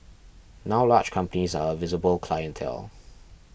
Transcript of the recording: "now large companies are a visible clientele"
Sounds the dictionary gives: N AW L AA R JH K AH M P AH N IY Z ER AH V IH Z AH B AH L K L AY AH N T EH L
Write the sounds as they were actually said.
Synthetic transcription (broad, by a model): N AW L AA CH K AH M P AH N IY Z ER AH V IH Z AH B AH L K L AY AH N T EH L